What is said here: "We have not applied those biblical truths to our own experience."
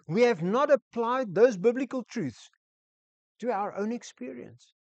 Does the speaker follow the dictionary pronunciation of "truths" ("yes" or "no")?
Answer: yes